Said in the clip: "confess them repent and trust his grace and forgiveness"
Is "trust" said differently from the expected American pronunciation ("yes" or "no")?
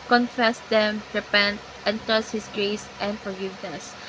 yes